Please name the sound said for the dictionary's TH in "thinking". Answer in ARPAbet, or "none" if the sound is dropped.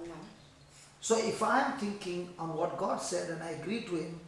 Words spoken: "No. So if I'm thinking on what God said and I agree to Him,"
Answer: T